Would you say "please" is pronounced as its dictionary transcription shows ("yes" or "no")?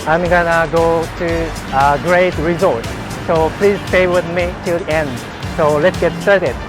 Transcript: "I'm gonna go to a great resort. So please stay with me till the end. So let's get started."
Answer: yes